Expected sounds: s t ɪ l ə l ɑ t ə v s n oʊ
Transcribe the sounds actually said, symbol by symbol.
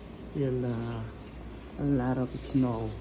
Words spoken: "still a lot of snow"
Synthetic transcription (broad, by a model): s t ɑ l ə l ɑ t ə p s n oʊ